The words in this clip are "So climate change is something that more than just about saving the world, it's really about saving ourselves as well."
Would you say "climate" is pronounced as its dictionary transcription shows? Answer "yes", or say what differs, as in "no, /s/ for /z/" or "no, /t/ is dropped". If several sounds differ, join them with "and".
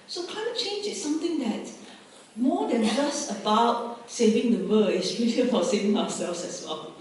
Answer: no, /l/ is dropped